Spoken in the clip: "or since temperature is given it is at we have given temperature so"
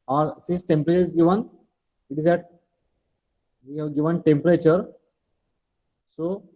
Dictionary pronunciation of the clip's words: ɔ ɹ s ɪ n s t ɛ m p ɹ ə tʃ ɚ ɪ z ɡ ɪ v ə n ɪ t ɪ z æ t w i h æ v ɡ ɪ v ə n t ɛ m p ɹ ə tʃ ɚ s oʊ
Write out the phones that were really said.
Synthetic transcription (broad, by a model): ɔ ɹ s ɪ s t ɛ m p ɹ ə tʃ ɚ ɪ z ɡ ɪ v ə n ɪ t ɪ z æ t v i h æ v ɡ ɪ v ə n t ɛ m p ɹ ə tʃ ɚ s oʊ